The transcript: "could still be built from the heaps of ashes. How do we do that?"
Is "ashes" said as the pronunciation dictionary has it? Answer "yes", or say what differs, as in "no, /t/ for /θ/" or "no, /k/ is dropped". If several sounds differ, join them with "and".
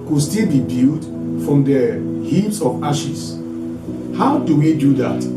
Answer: no, /s/ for /z/